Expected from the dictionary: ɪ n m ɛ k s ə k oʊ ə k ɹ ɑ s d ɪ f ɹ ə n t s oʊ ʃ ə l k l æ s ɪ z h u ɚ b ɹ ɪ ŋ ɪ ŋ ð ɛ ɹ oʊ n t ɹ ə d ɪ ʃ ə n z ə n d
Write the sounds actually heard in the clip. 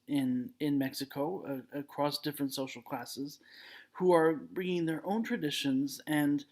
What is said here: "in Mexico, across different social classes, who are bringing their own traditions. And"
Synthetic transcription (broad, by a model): ɪ n m ɛ k s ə k oʊ ə k ɹ ɑ s d ɪ f ɹ ə n t s oʊ ʃ l k l æ s ɪ z h u ɚ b ɹ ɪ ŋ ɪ ŋ ð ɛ ɹ oʊ n t ɹ ə d ɪ ʃ ə n z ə n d